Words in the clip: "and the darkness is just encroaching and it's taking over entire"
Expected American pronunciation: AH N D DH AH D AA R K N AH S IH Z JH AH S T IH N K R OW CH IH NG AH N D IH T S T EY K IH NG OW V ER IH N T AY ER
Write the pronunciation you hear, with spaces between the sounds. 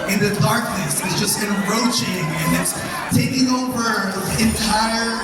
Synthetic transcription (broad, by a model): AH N DH AH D AA R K N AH S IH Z JH AH S T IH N R OW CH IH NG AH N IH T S T EY K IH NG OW B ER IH N T AY ER